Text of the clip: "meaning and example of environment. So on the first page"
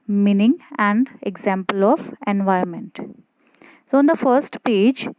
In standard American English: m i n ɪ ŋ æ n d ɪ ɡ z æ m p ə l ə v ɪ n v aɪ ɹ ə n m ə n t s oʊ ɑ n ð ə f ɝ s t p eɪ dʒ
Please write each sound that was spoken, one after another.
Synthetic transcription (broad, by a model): m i n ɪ ŋ æ n d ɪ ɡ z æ m p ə l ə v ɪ n v aɪ ə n m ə n t s oʊ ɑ n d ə f ɝ s t p eɪ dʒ